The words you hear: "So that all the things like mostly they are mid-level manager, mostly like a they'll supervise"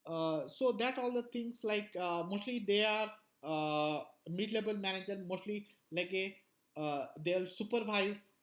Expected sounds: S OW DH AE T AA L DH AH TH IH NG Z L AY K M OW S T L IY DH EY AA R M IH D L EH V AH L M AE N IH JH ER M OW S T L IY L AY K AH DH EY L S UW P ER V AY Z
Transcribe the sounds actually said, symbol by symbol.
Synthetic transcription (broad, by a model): S OW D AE T AA L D AH T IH NG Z L AY K M OW S T L IY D EY AA R M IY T L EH B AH L M AE N IH JH ER M OW S T L IY L AY K AH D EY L S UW P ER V AY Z